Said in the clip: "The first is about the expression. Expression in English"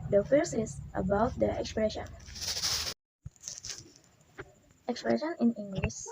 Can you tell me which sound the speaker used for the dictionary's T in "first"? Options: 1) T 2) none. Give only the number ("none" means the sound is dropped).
2